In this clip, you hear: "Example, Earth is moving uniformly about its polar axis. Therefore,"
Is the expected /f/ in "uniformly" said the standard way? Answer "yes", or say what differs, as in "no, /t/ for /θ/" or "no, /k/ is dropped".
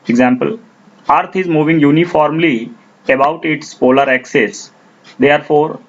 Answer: yes